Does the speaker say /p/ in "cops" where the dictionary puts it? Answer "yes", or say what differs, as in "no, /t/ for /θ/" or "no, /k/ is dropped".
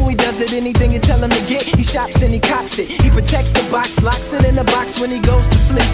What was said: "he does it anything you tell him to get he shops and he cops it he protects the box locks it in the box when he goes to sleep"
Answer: yes